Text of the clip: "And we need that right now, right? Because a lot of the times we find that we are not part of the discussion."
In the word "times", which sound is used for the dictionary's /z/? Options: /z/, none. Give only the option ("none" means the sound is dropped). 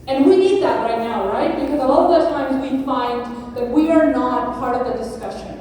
/z/